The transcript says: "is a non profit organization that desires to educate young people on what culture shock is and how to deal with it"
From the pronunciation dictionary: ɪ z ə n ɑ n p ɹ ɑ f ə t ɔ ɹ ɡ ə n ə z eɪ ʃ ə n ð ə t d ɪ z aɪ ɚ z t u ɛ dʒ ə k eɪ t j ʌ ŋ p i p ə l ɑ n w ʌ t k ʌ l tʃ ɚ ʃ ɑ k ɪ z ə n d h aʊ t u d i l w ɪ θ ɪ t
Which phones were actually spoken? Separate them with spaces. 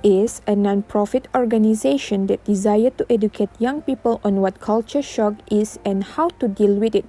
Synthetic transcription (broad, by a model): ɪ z ə n ɑ n p ɹ ɑ f ə t ɔ ɹ ɡ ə n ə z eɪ ʃ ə n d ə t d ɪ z aɪ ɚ t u ɛ dʒ ə k eɪ t j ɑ ŋ p i p ə l ɑ n w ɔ t k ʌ l tʃ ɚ ʃ ɑ k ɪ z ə n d h aʊ t u d i l w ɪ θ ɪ t